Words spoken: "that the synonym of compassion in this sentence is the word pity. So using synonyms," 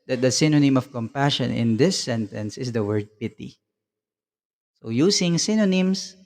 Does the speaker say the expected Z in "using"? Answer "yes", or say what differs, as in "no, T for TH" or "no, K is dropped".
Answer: no, S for Z